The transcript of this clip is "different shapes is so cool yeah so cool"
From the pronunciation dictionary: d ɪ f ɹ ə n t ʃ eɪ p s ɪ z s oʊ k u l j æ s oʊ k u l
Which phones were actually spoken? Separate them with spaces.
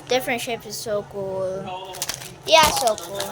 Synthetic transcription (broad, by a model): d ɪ f ɹ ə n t ʃ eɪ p ɪ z s oʊ k u l j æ s oʊ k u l